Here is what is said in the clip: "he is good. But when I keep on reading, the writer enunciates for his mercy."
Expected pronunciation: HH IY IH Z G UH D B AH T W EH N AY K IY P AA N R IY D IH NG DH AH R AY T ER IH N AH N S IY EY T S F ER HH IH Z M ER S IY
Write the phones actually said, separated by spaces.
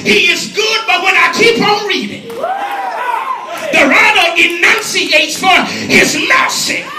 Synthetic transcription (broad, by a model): HH IY IH Z G UH D B AH T W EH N AY K IY P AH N R IY D IH NG DH AH R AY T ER IH N AH N S IY EY T S F ER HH IH Z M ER S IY